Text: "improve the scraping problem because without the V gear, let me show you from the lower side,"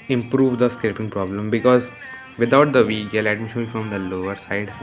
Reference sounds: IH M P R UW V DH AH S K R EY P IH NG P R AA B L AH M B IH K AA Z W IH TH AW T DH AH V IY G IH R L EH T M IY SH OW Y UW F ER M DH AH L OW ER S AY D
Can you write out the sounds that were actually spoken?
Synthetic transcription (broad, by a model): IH M P R UW V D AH S K EY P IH NG P R AA B L AH M B IH K AA Z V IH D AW T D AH V IY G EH L EH T M IY SH OW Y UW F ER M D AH L OW ER S AY D